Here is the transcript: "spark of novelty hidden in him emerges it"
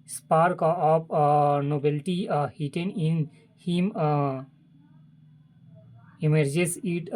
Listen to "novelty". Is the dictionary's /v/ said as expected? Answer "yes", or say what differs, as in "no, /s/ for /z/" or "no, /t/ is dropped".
no, /b/ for /v/